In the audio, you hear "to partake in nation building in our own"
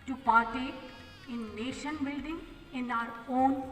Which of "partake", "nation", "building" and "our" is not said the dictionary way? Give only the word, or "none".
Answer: partake